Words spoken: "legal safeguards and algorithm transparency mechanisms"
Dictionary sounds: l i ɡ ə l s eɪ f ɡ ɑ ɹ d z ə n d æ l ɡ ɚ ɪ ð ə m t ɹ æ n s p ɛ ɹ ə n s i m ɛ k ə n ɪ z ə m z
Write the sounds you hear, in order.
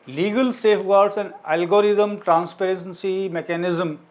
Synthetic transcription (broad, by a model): l i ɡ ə l s eɪ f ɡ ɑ ɹ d s ə n d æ l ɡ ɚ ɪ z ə m t ɹ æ n s p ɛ ɹ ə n s i m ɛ k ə n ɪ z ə m